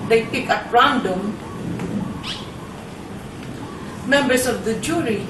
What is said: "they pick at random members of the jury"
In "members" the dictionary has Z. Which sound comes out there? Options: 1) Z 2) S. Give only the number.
2